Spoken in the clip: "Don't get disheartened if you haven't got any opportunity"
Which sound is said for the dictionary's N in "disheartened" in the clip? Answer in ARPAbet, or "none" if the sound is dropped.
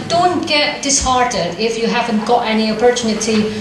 none